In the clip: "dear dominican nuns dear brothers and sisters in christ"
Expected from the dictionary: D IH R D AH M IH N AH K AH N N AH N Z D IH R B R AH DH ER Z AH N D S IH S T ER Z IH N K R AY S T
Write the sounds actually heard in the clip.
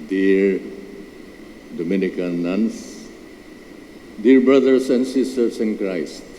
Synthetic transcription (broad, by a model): D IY R D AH M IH N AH K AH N N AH N S D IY R B R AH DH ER S AH N D S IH S T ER S IH N K R AY S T